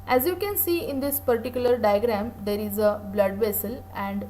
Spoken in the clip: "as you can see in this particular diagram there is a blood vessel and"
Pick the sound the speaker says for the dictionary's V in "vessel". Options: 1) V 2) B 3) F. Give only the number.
1